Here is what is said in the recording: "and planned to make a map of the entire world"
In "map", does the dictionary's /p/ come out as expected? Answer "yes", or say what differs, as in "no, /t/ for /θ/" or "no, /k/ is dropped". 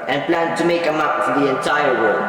no, /f/ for /p/